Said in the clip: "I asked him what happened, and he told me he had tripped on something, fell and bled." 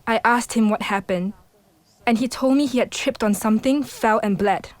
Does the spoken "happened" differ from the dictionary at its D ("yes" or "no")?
no